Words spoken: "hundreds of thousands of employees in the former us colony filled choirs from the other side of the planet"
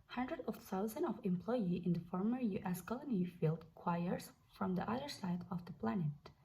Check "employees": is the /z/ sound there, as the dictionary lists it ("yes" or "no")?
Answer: no